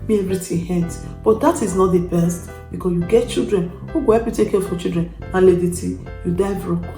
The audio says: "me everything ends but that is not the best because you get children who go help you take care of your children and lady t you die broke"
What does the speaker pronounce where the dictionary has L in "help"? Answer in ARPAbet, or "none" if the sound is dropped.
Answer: none